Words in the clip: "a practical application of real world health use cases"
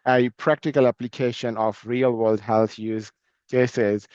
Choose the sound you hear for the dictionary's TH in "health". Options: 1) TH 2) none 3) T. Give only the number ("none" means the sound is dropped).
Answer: 3